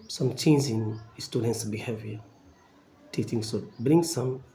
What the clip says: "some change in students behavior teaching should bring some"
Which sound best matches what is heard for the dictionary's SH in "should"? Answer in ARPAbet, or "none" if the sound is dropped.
S